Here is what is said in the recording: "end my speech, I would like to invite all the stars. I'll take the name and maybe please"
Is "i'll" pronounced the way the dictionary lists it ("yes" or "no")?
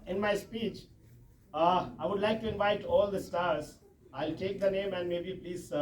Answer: yes